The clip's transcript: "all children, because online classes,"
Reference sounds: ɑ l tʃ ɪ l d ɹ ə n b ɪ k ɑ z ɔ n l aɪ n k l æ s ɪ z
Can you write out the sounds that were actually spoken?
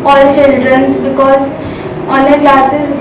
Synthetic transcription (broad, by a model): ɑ l tʃ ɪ l d ɹ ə n b ɪ k ɑ z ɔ n aɪ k l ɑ s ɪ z